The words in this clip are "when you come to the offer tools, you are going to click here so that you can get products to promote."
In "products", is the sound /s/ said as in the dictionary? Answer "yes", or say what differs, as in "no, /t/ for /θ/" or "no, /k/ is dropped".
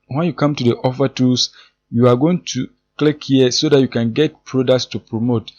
yes